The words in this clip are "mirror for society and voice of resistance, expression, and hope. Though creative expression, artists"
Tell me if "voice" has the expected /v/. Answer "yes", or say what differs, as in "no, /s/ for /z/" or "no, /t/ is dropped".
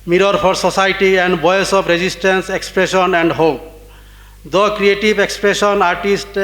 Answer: no, /b/ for /v/